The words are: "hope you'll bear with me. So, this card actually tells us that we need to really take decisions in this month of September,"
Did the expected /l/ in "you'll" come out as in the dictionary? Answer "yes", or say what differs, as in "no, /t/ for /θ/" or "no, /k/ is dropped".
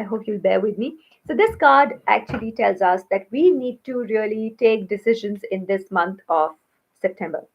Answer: yes